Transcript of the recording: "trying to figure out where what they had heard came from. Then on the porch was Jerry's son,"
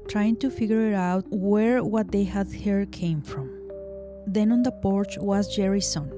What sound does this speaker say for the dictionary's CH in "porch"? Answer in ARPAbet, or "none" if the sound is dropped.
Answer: CH